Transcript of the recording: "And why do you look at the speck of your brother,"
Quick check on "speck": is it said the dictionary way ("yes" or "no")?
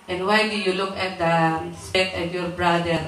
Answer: no